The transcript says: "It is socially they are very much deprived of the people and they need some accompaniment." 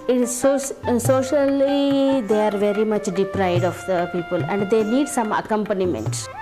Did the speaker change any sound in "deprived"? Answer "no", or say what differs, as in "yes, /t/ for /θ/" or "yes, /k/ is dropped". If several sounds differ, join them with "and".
yes, /v/ is dropped